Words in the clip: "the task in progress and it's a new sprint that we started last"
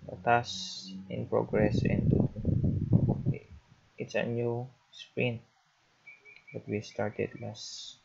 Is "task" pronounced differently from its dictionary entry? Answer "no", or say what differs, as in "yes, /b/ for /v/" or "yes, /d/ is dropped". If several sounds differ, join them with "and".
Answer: yes, /k/ is dropped